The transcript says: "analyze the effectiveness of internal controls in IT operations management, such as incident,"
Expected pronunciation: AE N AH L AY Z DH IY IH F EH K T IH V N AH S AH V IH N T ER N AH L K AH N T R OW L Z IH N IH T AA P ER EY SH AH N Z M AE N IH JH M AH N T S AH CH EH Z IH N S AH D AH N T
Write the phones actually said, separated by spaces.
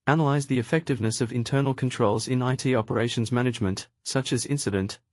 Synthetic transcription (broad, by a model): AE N AH L AY Z DH IY IH F EH K T IH V N AH S AH V IH N T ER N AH L K AH N T R OW L Z IH N IH T AA P ER EY SH AH N Z M AE N IH JH M AH N T S AH CH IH Z IH N S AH D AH N T